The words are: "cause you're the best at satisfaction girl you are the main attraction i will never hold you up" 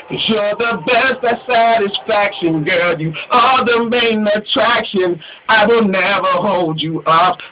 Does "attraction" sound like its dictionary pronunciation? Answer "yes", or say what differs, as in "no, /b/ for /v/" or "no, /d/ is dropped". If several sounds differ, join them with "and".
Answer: yes